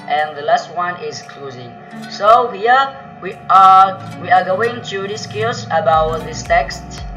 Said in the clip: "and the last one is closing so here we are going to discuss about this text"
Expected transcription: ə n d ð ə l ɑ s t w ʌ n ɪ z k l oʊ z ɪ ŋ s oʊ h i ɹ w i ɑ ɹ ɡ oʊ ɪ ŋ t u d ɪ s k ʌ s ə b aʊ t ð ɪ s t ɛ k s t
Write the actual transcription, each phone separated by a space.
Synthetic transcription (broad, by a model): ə n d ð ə l ɑ s t w ʌ n ɪ z k l oʊ z ɪ ŋ s oʊ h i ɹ w i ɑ w ɡ oʊ ɪ ŋ t u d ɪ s k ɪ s ə b aʊ t ð ɪ s t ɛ k s t